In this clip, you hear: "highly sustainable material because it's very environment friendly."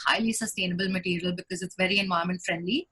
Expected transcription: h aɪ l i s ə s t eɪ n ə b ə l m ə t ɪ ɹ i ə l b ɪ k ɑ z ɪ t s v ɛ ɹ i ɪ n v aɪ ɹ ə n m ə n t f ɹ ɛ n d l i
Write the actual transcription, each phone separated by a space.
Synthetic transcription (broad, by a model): h aɪ l i s ə s t eɪ n ə b ə l m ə t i ɹ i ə l b ɪ k ɑ z ɪ t s v ɛ ɹ i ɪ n v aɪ ə m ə n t f ɹ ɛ n d l i